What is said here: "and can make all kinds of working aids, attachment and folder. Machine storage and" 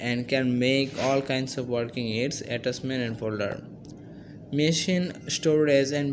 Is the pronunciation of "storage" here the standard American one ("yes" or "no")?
no